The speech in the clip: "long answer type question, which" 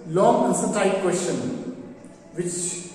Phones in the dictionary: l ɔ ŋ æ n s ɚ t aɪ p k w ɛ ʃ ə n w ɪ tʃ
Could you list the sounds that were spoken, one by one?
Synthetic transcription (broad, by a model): l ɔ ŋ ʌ s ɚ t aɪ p k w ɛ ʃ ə n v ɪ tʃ